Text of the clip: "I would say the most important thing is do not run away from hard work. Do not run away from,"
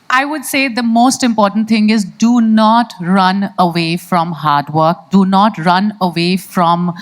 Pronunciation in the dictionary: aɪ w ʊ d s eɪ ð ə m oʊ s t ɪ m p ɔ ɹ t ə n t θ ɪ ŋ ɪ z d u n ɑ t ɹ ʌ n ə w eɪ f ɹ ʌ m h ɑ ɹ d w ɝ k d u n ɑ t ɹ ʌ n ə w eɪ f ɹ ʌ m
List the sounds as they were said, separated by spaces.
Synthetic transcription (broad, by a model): aɪ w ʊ d s eɪ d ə m oʊ s t ɪ m p ɔ ɹ t ə n t t ɪ ŋ ɪ z d u n ɑ t ɹ ʌ n ə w eɪ f ɹ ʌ m h ɑ ɹ d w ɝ k d u n ɑ t ɹ ʌ n ə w eɪ f ɹ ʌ m